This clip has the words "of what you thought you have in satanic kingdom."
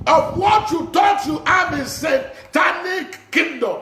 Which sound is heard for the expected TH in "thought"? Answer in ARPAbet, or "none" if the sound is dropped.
T